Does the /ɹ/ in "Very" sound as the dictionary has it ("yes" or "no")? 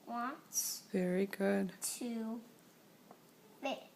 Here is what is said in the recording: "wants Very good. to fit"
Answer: yes